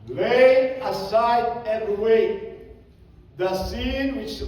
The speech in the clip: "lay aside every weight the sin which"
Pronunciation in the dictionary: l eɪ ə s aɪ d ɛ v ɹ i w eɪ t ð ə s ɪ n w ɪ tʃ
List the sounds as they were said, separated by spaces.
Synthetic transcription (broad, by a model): l eɪ ə s aɪ d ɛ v i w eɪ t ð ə s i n w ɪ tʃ